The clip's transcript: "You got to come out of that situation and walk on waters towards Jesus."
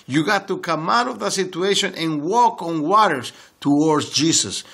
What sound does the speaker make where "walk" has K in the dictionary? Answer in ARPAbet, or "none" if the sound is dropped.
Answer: K